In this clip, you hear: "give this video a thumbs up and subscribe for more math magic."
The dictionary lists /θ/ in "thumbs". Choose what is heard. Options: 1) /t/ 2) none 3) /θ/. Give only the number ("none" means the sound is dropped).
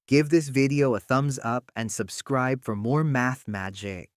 3